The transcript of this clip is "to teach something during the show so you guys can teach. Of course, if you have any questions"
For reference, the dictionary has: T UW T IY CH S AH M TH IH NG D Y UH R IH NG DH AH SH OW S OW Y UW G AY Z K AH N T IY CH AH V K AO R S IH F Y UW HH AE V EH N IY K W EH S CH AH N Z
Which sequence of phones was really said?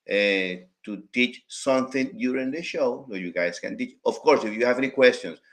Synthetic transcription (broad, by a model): T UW T IY CH S AH M TH IH NG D Y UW R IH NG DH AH SH OW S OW Y UW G AY S K AH N T IY CH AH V K AO R S IH F Y UW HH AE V EH N IY K W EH S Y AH N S